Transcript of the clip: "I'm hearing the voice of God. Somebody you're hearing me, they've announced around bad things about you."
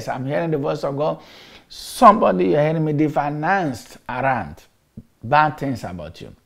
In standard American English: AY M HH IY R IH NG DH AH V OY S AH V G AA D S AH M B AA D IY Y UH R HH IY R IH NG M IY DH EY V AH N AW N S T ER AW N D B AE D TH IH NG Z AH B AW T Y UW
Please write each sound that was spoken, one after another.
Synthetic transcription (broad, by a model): AY M HH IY R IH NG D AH V OY S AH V G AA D S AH M B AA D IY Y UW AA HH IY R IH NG M IY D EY F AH N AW N S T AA AW N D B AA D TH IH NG S AH B AW T Y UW